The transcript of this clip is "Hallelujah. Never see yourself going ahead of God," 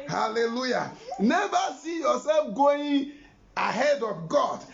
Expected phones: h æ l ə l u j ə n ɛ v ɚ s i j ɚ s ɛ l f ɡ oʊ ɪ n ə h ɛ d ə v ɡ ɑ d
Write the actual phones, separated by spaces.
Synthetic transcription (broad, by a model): h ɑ l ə l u j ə n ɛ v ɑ s i j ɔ s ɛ f ɡ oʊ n ə h ɛ d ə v ɡ ɑ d